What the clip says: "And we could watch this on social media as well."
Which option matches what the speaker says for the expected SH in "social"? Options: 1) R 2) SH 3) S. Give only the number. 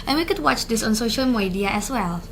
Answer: 2